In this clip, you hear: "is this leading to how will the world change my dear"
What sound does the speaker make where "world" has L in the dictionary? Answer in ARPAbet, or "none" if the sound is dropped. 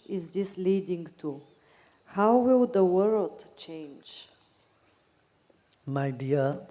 L